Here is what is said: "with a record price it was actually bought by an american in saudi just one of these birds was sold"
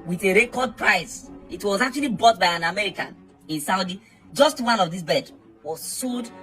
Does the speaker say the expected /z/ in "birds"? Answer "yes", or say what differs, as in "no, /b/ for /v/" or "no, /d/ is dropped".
no, /z/ is dropped